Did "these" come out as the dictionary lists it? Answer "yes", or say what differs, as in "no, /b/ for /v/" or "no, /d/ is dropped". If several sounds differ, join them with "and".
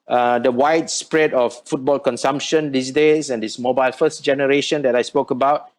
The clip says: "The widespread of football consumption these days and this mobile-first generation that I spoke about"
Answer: no, /s/ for /z/